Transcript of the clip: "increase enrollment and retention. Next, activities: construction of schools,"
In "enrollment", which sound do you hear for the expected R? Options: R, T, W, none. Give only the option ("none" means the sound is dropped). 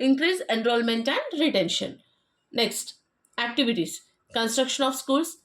R